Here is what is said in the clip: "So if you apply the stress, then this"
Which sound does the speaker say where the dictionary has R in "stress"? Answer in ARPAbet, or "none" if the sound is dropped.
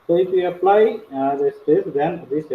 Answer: none